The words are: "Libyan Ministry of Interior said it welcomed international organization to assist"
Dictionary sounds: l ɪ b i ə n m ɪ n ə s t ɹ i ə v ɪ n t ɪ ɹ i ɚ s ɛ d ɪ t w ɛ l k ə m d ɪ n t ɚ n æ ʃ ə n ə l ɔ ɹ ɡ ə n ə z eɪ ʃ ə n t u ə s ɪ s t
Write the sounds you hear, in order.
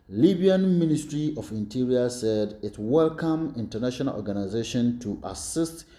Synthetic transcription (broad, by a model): l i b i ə n m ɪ n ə s t ɹ i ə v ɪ n t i ɹ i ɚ s ɛ d ɪ t w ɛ l k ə m ɪ n t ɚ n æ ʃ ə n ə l ɔ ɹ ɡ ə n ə z eɪ ʃ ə n t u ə s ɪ s t